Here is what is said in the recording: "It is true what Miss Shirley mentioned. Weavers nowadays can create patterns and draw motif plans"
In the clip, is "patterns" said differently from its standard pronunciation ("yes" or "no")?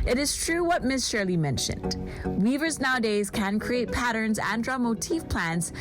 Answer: no